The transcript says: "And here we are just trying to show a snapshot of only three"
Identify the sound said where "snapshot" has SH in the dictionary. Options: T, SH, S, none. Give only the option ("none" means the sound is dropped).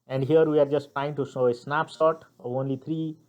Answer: S